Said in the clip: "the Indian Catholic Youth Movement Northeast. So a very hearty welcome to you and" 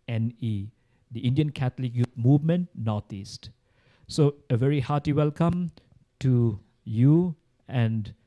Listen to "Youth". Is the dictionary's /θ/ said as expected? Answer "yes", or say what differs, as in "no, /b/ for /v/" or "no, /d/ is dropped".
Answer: no, /t/ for /θ/